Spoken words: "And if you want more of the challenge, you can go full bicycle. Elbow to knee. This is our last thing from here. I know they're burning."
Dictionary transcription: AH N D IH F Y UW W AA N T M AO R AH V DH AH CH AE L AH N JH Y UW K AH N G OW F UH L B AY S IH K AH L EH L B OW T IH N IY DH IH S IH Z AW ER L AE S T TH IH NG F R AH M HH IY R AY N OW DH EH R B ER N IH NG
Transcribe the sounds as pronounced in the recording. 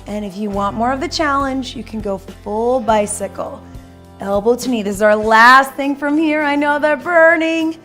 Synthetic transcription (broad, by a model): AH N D IH F Y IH W AA N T M AO R AH V DH AH CH AE L AH N JH Y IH K N G OW F UH L B AY S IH K L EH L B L T IH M IY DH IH IH Z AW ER L AE S T TH IH NG F R AH M HH IY R AY N OW DH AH R B ER N IH NG